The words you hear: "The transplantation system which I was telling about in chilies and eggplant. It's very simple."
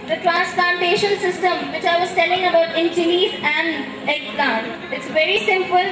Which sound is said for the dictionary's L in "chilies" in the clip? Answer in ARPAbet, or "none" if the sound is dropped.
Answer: N